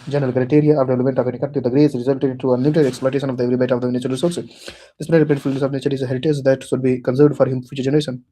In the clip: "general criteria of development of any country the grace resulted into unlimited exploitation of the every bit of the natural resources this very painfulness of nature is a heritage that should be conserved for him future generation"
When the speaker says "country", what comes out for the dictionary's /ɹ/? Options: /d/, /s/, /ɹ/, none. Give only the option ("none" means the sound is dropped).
none